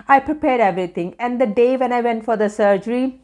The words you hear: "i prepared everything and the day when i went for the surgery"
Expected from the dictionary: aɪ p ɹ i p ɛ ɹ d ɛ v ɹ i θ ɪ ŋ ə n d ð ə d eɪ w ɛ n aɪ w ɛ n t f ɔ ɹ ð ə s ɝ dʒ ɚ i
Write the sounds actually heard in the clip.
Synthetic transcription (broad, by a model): aɪ p ɹ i p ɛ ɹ d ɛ v ɹ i t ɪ ŋ ə n d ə d eɪ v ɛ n aɪ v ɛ n t f ɔ ɹ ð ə s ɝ dʒ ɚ i